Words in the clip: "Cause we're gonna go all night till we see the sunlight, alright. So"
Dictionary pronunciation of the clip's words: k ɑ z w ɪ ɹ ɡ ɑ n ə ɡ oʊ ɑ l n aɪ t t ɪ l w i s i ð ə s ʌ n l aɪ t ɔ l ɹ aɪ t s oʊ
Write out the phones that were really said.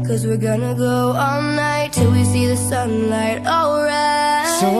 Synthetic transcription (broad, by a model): k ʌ z w ɪ ɹ ɡ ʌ n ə ɡ oʊ ɑ l n aɪ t t ɪ l w i s i ð ə s ʌ n l aɪ t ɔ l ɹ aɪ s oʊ